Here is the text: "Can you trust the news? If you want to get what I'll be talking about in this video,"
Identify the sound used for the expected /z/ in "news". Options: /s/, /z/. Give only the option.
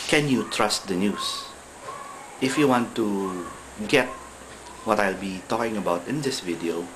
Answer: /s/